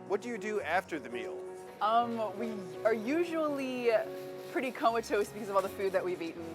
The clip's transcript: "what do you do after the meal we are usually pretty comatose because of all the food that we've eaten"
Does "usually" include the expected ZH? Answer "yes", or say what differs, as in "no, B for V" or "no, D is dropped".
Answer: yes